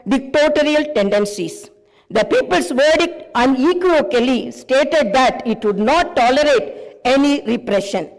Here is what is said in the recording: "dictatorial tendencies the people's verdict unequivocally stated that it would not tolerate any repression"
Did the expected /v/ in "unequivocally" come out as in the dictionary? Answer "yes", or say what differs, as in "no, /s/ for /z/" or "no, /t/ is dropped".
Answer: no, /v/ is dropped